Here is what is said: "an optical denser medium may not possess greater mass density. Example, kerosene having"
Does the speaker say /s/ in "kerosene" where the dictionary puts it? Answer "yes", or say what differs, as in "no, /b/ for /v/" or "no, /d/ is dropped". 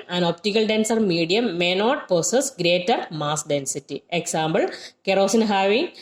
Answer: yes